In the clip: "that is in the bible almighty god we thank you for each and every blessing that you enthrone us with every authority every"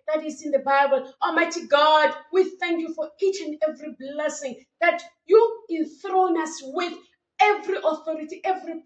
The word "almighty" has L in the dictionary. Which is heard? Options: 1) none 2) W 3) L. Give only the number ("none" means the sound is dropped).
1